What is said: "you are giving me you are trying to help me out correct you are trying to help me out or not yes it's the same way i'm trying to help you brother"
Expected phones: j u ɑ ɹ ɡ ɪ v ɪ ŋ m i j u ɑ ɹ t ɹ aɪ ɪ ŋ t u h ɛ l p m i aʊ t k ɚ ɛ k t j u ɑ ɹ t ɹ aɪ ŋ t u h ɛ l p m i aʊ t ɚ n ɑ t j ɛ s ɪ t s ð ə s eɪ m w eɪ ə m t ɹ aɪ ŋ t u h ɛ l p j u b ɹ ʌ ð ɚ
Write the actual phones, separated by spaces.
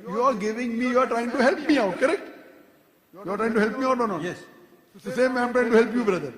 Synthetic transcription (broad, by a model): j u ɑ ɹ ɡ ɪ v ɪ ŋ m i j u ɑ ɹ t ɹ aɪ ɪ ŋ t u h ɛ l p m i aʊ t k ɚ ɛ k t j u ɑ ɹ t ɹ aɪ ŋ t u h ɛ l p m i aʊ t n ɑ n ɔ ɪ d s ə s eɪ m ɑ ə m t ɹ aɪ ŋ t u h ɛ l p j u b ɹ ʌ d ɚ